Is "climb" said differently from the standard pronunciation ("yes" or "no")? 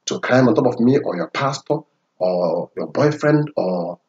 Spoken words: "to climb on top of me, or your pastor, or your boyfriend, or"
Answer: yes